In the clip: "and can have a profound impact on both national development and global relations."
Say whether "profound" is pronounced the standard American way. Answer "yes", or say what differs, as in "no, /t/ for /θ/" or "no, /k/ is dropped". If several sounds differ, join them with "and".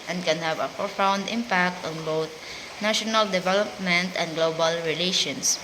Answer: no, /f/ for /p/